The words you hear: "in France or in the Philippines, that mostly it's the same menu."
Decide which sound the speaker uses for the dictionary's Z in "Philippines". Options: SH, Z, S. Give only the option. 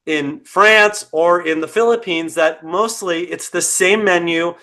Z